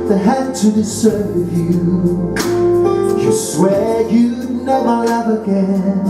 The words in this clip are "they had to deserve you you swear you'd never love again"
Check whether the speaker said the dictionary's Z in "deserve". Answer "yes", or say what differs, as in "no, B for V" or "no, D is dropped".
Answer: no, S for Z